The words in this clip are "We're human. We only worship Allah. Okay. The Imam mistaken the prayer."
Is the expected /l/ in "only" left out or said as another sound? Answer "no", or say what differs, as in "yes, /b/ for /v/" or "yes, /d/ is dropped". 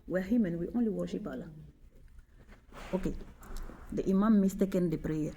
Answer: no